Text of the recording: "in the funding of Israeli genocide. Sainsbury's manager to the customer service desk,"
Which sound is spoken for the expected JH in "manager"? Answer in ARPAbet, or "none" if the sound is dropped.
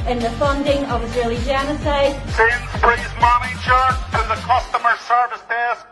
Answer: CH